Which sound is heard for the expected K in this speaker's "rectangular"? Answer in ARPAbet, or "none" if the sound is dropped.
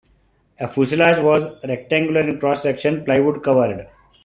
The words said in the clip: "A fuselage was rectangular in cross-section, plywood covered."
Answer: K